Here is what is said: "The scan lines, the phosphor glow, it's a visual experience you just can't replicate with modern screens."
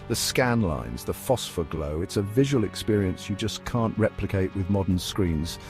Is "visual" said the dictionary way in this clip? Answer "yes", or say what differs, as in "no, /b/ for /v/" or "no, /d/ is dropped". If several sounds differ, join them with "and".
yes